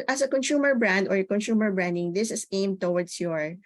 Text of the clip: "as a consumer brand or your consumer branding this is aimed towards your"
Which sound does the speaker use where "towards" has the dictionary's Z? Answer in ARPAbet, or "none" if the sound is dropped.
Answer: S